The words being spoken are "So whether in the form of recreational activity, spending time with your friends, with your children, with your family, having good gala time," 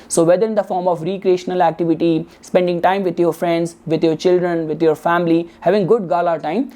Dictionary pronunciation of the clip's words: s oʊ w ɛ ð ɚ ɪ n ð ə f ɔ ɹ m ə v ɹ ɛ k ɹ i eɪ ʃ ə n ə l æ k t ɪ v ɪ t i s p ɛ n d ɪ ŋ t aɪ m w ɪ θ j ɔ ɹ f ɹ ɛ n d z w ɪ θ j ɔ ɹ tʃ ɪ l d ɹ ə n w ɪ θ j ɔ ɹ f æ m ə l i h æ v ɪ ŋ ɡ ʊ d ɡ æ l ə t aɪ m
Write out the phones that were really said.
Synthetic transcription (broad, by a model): s oʊ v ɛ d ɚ ɪ n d ə f ɔ ɹ m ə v ɹ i k ɹ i eɪ ʃ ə n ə l æ k t ɪ v ɪ t i s p ɛ n d ɪ ŋ t aɪ m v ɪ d j ɔ ɹ f ɹ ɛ n d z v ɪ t j ɔ ɹ tʃ ɪ l d ɹ ə n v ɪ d j ɔ ɹ f æ m ə l i h æ v ɪ ŋ ɡ ʊ d ɡ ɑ l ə t aɪ m